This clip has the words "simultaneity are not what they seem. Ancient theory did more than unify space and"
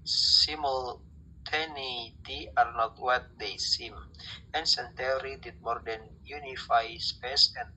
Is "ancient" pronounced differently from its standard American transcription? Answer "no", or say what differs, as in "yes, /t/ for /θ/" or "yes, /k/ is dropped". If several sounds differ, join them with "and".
yes, /s/ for /ʃ/